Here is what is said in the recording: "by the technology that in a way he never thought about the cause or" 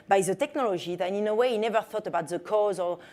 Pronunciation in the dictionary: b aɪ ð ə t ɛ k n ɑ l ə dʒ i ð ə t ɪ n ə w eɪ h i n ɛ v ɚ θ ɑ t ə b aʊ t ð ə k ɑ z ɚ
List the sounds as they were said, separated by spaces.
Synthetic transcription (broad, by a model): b aɪ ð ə t ɛ k n ɑ l ə dʒ i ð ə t ɪ n ə w eɪ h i n ɛ v ɚ θ ɑ t ə b aʊ t ð ə k ɑ z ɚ